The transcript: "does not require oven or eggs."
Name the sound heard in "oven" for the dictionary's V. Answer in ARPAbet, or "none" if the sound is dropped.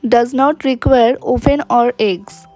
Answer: P